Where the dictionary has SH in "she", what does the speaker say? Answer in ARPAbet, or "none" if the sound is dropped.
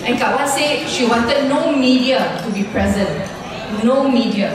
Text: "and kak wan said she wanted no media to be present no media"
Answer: SH